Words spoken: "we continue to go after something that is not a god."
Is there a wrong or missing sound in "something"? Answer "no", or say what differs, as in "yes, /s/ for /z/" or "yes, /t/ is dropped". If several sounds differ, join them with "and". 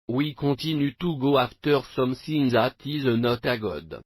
yes, /s/ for /θ/